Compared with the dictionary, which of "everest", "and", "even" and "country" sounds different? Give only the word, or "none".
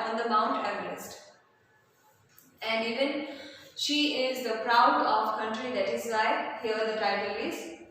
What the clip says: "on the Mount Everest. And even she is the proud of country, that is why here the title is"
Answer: everest